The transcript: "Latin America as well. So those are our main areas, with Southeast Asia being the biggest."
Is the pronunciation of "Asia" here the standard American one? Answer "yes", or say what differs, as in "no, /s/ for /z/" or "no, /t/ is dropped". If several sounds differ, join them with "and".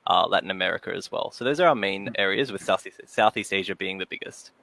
yes